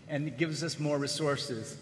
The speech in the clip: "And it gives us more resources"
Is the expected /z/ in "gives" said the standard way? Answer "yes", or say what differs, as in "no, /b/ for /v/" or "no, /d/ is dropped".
yes